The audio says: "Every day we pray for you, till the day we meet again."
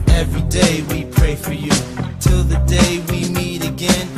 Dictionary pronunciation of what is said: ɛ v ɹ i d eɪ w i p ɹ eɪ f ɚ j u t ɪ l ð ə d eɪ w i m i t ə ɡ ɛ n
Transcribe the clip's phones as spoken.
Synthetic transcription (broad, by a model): ɛ v ɹ i d eɪ w i p ɹ eɪ f ɚ j u t ɪ l ð ə d eɪ w i m i t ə ɡ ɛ n